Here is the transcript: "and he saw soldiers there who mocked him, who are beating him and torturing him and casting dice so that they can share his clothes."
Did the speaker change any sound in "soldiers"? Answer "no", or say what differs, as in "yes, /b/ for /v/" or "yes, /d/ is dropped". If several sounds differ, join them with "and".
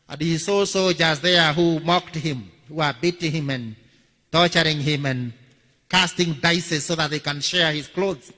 yes, /l/ is dropped